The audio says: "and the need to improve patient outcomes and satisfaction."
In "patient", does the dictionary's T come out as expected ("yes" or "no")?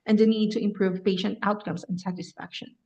yes